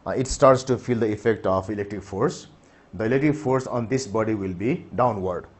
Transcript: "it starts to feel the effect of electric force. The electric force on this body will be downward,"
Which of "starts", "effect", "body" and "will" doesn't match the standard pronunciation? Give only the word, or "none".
none